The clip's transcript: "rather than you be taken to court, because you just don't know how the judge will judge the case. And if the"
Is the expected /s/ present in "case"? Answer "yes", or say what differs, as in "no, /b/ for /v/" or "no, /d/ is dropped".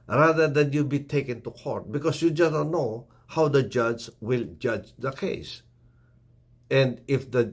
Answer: yes